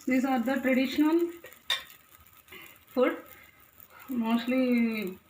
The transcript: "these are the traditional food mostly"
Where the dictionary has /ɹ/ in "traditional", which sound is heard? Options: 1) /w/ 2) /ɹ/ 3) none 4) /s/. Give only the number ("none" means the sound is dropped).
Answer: 2